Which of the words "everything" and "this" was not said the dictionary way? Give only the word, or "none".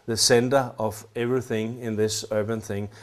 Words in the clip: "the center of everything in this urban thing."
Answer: none